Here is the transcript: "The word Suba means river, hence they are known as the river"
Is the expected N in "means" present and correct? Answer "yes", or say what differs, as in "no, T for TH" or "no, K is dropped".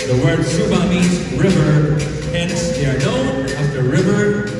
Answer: no, N is dropped